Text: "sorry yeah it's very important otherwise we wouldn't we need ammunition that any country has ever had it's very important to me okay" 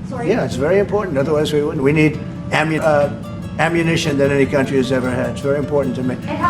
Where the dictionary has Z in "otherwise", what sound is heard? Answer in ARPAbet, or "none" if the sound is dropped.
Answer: Z